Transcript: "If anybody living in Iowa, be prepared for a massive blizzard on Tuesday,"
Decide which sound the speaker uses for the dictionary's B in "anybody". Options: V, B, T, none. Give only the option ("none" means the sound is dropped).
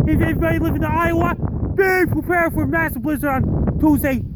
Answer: none